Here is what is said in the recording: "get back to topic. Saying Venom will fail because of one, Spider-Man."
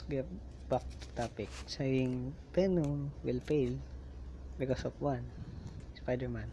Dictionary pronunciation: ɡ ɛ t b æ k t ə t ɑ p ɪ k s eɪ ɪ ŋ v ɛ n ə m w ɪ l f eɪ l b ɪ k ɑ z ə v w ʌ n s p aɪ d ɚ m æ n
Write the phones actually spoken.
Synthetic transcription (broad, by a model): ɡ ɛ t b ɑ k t t ɑ p ɪ k s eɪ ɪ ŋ p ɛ n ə w ɪ l p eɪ l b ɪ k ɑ s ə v w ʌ n s p aɪ d ɚ m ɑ n